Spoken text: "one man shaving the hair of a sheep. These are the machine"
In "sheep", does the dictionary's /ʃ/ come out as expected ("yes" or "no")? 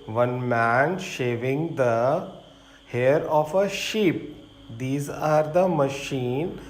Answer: yes